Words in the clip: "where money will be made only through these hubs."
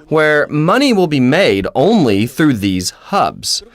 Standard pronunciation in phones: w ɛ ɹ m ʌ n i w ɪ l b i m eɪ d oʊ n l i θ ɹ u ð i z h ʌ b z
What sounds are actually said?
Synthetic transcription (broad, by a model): w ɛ ɹ m ʌ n i w ɪ l b i m eɪ d oʊ n l i θ ɹ u ð i z h ʌ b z